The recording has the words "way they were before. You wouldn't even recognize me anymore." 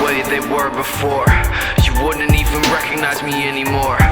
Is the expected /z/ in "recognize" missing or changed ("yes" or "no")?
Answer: no